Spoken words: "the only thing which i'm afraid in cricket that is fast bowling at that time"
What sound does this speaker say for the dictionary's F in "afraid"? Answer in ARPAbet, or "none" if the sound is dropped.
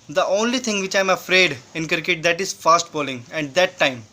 F